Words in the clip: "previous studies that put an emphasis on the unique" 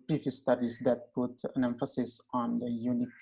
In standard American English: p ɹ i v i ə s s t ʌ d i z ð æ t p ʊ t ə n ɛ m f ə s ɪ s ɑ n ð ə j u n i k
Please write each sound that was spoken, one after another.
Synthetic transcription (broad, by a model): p ɹ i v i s s t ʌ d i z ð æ t p ʊ t ə n ɛ m f ə s ɪ s ɑ n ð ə j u n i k